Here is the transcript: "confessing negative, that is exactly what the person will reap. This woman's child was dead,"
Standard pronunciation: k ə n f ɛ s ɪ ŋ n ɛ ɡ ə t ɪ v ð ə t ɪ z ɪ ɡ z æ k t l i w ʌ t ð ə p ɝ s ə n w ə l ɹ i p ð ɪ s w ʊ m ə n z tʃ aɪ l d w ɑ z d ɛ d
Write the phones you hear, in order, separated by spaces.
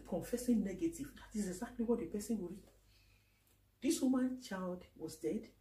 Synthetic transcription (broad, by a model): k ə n f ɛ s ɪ n ɛ ɡ ə t ɪ v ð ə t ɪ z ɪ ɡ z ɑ k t l i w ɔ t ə p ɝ s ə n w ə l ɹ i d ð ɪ s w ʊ m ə n tʃ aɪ l d w ɑ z d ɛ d